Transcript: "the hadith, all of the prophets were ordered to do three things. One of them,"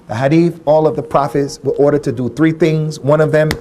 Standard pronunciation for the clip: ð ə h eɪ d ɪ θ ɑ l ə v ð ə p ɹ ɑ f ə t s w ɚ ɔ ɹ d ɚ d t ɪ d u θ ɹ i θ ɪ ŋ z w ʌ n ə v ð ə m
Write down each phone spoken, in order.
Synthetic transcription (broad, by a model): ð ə h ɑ d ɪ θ ɑ l ə v ð ə p ɹ ɑ f ə t s w ɚ ɔ ɹ d ɚ d t ɪ d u θ ɹ i θ ɪ ŋ z w ʌ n ə v ð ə m